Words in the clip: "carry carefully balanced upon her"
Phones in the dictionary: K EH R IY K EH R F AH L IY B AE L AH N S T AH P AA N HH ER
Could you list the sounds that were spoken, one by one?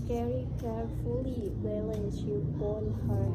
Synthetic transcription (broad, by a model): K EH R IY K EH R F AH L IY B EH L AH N T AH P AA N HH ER